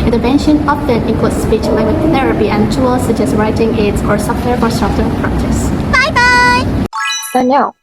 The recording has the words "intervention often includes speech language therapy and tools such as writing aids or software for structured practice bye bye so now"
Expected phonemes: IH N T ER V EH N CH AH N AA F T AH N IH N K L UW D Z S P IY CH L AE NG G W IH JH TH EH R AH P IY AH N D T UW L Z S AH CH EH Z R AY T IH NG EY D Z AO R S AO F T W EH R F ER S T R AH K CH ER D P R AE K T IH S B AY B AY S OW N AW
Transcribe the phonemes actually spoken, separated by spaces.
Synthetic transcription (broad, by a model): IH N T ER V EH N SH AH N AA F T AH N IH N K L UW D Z S P IY CH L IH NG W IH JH TH EH R AH P IY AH N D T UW L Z S AH CH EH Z R AY T IH NG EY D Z AO R S AO F T W EH R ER S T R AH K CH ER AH P R AE K T IH S B AY B AY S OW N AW